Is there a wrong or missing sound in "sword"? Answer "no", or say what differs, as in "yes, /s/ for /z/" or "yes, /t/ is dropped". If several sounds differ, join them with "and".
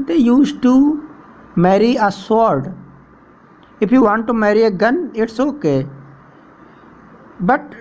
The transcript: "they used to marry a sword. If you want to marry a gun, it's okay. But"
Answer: no